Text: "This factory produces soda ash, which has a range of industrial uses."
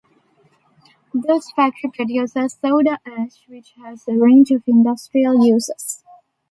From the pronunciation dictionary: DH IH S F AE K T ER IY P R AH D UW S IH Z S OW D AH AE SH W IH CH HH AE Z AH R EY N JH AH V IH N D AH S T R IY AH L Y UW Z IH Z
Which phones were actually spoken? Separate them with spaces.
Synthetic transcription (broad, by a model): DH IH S F AE K T ER IY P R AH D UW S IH S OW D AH AE SH W IH CH HH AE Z AH R EY N JH AH V IH N D AH S T R IY AH L Y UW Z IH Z